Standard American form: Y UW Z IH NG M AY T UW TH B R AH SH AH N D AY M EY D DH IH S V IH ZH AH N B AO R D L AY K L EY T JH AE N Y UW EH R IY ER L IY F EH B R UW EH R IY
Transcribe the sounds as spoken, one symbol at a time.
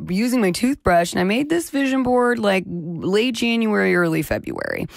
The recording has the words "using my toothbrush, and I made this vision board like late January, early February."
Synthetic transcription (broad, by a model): Y UW Z IH NG M AY T UW TH B R AH SH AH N AY M EY D DH IH S V IH ZH AH N B AO R D L AY K L EY T JH AE N Y UW EH R IY ER L IY F EH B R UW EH R IY